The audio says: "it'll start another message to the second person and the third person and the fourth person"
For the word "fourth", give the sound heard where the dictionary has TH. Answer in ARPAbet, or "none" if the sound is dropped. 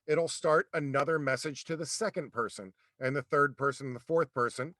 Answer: TH